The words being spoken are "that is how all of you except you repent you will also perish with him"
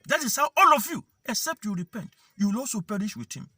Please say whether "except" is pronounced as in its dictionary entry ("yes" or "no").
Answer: yes